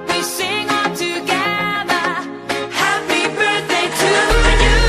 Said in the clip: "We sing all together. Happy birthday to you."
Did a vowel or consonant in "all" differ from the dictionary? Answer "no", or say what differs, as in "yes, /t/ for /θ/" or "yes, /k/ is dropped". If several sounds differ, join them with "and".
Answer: yes, /n/ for /l/